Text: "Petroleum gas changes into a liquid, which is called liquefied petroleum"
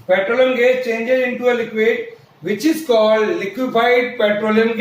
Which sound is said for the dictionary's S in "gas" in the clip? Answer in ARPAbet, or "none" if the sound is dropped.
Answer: none